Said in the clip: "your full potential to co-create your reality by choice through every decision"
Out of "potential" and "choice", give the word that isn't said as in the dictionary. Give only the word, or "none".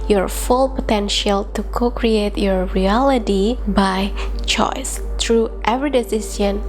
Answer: none